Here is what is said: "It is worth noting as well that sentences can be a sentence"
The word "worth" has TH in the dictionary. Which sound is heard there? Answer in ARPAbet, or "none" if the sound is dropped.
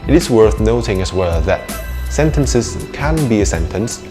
TH